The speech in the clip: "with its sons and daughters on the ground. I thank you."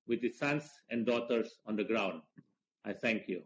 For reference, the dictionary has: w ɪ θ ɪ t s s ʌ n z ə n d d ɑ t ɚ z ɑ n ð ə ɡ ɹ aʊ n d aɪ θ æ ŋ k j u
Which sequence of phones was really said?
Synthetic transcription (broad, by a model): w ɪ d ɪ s s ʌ n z ə n d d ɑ t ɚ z ɑ n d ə ɡ ɹ aʊ n d aɪ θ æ ŋ k j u